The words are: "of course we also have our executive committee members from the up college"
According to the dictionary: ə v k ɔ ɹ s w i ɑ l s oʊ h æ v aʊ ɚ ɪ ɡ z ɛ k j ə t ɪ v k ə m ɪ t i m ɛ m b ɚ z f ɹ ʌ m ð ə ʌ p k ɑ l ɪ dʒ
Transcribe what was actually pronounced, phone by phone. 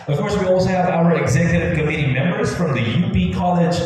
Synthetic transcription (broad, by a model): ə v k ɔ ɹ s w i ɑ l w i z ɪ v aʊ ɚ ɪ ɡ z ɛ k j ə t ɪ v k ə m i t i m ɛ m b ɚ z f ɹ ʌ m ð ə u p k ɑ l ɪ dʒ